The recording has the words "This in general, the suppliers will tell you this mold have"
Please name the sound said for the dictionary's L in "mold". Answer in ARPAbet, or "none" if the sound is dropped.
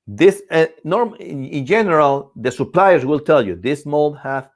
L